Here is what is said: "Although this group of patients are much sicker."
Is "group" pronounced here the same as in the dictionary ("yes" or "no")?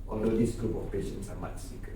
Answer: yes